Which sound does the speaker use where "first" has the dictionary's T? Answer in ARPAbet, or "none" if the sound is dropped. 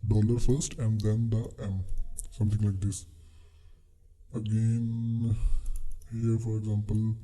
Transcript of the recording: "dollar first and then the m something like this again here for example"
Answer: T